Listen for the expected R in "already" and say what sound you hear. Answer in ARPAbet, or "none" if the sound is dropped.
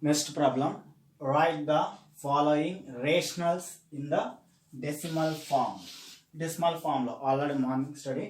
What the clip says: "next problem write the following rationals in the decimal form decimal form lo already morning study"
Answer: none